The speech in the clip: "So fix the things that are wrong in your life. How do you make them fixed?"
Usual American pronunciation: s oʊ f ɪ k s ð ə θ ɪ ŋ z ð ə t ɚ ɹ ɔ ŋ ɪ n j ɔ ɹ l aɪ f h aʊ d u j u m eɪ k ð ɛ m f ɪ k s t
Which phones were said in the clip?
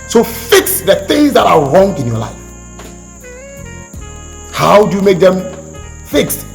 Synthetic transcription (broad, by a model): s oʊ f ɪ k s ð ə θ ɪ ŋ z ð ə t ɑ ɹ ɔ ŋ ɪ n j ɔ l aɪ f h aʊ d u j u m eɪ k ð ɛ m f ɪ k s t